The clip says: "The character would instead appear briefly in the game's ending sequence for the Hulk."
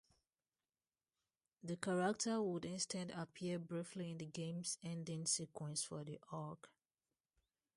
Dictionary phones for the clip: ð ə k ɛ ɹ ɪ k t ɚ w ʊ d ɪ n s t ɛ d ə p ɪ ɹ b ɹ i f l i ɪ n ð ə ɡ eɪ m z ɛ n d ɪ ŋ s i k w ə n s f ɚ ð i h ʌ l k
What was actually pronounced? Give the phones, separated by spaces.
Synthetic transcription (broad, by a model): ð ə k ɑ ɹ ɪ k t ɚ w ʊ d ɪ n s t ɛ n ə p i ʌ b ɹ i f l i ɪ n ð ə ɡ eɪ m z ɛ n d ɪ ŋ s i k w ə n s f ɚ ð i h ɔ k